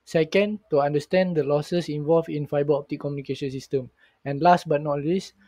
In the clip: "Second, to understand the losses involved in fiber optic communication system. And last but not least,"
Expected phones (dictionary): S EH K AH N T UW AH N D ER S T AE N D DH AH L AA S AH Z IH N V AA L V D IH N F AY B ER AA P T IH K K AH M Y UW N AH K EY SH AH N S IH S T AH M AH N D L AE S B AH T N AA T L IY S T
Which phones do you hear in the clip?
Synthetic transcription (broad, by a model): S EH K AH N T UW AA N D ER S T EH N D AH L AA S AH S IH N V AA L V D IH N F AY B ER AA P T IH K K AH M Y UW N AH K EY SH AH N S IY S T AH M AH N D L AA S B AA T N AA T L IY S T